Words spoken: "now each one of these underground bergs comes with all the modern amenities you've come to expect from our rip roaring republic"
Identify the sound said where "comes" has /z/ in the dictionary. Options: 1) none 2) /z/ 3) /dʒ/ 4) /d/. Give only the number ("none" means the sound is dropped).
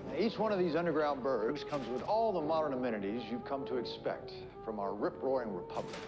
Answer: 2